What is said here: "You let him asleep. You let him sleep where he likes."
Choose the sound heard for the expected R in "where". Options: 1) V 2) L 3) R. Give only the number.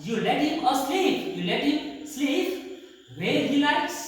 2